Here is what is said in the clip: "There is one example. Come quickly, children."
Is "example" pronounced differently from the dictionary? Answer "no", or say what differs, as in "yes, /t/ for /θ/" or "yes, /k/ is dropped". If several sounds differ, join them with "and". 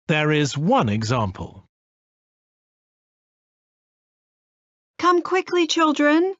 no